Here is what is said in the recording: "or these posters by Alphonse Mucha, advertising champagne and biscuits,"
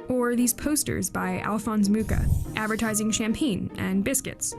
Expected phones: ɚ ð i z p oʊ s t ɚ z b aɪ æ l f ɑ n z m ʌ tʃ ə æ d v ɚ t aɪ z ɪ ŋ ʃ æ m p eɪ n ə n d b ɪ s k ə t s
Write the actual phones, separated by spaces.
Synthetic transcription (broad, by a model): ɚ ð i z p oʊ s t ɚ z b aɪ æ l f ɑ n z m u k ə æ d v ɚ t aɪ z ɪ ŋ ʃ æ m p eɪ n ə n b ɪ s k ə t s